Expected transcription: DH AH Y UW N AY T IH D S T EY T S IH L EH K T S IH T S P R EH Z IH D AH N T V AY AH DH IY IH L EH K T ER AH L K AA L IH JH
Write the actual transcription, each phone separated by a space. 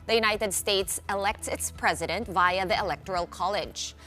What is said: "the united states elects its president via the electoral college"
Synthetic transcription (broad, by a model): DH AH Y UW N AY T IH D S T EY T S IH L EH K T S IH T S P R EH Z IH D AH N T V AY AH DH IY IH L EH K T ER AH L K AA L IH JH